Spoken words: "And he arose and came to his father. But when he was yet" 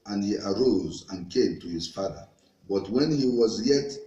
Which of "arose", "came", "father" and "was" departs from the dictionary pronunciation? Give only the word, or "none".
none